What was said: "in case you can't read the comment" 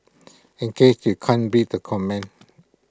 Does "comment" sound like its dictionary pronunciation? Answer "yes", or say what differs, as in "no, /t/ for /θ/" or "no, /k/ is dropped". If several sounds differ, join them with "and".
no, /t/ is dropped